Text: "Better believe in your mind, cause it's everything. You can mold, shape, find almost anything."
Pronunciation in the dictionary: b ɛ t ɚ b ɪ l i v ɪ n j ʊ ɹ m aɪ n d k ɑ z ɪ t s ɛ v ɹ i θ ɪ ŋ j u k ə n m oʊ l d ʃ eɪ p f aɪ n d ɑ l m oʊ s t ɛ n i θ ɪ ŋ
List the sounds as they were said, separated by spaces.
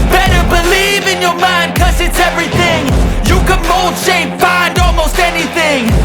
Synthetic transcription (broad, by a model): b ɛ t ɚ b ɪ l i v ɪ n j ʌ ɹ m aɪ n d k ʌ z ɪ t s ɛ v ɹ i θ ɪ ŋ j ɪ k ə n m oʊ l d ʃ eɪ p f aɪ n d ɑ l m oʊ s t ɛ n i θ ɪ ŋ